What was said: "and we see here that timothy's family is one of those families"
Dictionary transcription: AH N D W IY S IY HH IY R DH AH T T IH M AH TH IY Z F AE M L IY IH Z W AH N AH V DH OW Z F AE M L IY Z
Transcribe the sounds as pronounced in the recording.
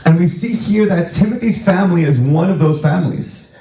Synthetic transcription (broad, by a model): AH N W IY S IY HH IY R DH AH T T IH M AH TH IY Z F AE M L IY IH Z W AH N AH V DH OW Z F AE M L IY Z